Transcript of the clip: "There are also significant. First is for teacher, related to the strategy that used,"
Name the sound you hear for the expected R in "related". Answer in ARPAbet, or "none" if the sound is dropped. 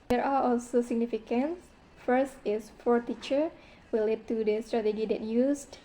W